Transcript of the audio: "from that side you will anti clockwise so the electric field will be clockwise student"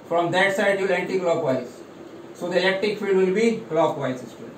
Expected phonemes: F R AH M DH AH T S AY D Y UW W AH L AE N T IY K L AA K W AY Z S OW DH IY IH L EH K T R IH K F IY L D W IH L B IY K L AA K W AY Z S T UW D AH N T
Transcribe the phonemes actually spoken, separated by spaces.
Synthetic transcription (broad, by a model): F R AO M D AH T S AY D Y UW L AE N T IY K L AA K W AY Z S OW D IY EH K T IH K F IY L D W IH L B IY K L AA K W AY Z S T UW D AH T